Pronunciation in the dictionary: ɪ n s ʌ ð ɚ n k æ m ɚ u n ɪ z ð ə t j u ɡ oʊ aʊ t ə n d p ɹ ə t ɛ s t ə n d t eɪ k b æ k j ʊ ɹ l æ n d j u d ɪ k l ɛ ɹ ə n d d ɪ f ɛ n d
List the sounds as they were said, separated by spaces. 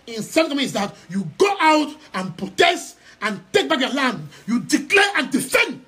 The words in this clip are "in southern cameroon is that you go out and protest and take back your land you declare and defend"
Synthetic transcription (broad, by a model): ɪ n s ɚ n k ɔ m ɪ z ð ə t j u ɡ oʊ aʊ t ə n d p ɹ ə t ɛ s t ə n t eɪ k b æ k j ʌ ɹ l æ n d j u d ɪ k l ɛ ɹ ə n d d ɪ f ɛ n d